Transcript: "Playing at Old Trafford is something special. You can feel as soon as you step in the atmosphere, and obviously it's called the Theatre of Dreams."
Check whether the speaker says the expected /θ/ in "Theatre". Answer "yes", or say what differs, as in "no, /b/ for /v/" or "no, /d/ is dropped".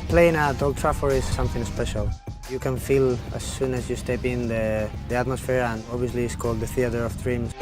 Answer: yes